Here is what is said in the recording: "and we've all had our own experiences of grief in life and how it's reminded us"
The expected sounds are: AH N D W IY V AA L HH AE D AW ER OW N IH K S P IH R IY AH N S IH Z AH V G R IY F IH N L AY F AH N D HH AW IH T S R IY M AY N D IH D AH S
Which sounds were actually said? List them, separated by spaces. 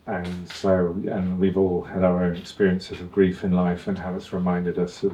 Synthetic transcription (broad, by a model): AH N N W IY V AA L HH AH D AW ER OW N IH K S P IH R IY AH N S IH Z AH V G R IY F IH N L AY F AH N HH AW IH T S R IY M AY N D IH D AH S